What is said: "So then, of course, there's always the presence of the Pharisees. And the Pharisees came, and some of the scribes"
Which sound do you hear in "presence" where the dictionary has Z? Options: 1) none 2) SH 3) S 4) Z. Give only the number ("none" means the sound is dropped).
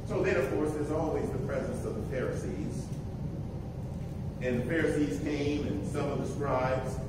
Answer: 4